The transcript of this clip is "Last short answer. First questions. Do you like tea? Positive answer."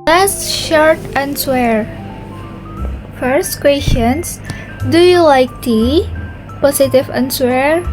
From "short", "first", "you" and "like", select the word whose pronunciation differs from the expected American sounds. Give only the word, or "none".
none